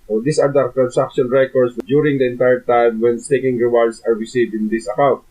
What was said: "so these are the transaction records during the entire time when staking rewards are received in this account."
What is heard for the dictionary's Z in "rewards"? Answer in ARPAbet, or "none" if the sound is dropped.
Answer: S